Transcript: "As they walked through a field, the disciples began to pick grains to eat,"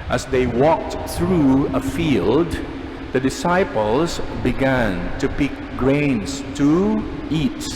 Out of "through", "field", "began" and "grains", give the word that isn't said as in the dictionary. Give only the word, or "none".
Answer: grains